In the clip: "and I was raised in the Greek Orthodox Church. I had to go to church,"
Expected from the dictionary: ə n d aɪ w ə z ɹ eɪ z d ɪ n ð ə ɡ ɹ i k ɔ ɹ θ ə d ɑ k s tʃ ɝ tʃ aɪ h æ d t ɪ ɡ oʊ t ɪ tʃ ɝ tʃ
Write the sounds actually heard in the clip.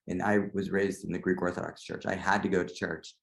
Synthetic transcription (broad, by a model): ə n aɪ w ə z ɹ eɪ z d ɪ n ð ə ɡ ɹ i k ɔ ɹ θ ə d ɑ k s tʃ ɝ tʃ aɪ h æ d t ɪ ɡ oʊ t ɪ tʃ ɝ tʃ